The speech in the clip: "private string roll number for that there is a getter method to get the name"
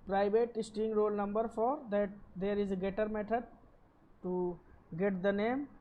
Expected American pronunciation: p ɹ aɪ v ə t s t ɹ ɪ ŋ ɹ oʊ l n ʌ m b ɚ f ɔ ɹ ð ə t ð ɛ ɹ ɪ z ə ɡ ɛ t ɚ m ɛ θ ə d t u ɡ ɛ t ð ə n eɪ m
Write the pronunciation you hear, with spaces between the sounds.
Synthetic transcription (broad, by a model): p ɹ aɪ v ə t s t ɪ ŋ ɹ oʊ l n ʌ m b ɚ f ɔ ɹ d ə t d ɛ ɹ ɪ z ə ɡ ɛ t ɚ m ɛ t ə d t u ɡ ɛ t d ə n eɪ m